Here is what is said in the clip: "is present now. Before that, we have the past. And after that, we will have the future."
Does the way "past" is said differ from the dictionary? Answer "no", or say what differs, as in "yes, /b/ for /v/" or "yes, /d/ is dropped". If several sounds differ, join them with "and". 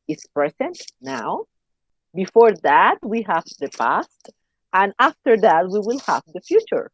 no